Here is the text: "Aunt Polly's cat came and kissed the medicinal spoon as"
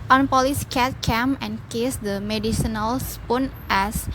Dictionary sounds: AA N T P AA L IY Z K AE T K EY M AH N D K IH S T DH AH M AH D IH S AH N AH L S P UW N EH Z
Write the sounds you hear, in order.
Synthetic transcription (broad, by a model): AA N P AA L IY S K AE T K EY M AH N K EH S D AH M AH D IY S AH N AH L S P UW N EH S